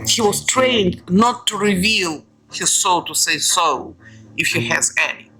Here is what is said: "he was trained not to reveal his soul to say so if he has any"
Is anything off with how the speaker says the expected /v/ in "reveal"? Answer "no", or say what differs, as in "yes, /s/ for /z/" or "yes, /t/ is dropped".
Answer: no